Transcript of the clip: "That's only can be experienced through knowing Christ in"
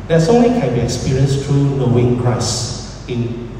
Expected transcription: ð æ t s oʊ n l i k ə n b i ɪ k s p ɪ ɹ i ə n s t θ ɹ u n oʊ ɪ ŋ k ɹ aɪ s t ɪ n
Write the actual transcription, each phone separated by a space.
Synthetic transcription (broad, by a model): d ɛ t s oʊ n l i k ə n b i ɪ k s p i ɹ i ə n s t ɹ u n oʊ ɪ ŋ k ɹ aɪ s ɪ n